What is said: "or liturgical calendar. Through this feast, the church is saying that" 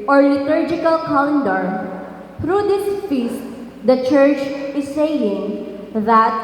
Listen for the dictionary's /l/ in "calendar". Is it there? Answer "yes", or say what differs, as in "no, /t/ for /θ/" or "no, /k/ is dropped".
no, /l/ is dropped